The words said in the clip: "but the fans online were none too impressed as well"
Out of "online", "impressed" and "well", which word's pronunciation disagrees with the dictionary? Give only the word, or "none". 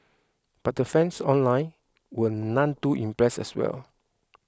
impressed